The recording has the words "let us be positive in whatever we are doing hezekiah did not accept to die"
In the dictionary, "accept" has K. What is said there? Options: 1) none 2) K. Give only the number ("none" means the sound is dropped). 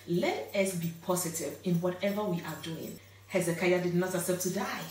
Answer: 1